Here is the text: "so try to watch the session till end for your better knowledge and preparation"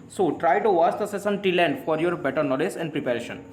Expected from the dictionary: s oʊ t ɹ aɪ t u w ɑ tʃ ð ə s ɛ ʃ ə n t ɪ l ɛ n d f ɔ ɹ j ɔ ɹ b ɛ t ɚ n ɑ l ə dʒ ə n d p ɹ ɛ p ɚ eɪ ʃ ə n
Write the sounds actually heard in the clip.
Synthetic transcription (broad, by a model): s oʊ t ɹ aɪ t u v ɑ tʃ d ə s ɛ s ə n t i l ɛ n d f ɔ ɹ j ɔ ɹ b ɛ t ɚ n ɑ l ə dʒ ə n d p ɹ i p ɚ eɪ ʃ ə n